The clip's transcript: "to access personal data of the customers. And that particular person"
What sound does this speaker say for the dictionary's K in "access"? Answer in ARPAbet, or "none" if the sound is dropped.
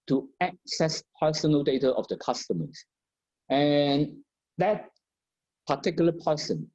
K